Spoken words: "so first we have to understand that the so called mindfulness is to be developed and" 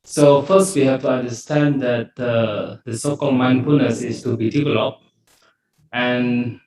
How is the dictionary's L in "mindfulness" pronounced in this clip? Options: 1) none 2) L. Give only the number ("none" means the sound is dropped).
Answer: 1